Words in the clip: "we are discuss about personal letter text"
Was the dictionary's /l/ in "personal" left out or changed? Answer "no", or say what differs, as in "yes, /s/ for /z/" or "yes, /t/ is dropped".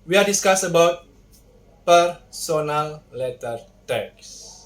no